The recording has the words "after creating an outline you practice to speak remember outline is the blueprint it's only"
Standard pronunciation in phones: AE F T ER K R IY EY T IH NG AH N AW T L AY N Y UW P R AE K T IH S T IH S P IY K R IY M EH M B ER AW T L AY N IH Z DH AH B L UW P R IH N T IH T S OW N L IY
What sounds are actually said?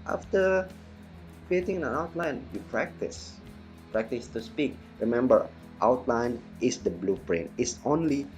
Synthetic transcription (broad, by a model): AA F T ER K R IY EY T IH NG AH N AW T L AY N Y UW P R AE K T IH S T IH S P IY K R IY M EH M B ER AW T L AY N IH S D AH B L UW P R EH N IH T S OW N L IY